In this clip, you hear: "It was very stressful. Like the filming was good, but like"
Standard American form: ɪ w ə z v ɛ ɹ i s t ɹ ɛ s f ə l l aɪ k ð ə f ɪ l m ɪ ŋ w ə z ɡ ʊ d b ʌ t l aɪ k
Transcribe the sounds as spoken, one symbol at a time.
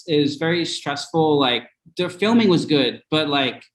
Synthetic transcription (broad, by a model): ɪ z v ɛ ɹ i s t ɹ ɛ s f l l aɪ k ð ə f ɪ l m ɪ ŋ w ə z ɡ ʊ d b ʌ t l aɪ k